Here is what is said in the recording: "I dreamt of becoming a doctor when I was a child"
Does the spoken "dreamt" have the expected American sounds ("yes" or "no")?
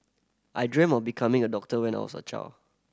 no